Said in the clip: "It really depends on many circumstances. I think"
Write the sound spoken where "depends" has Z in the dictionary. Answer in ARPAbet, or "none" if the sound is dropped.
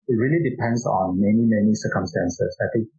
S